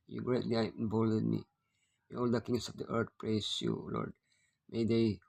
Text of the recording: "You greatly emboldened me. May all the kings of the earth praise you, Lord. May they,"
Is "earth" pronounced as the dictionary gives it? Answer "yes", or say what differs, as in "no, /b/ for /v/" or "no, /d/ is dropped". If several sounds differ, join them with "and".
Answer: no, /t/ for /θ/